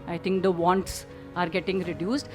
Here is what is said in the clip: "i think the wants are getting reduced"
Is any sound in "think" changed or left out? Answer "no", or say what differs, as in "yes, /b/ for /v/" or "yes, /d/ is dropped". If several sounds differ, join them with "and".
yes, /t/ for /θ/